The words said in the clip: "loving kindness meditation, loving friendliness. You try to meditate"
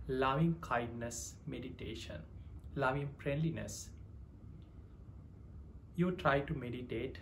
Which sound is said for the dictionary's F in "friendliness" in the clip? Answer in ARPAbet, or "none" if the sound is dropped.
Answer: P